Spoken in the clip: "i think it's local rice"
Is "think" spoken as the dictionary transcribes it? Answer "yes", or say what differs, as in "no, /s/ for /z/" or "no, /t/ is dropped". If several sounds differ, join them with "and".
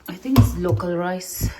no, /t/ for /θ/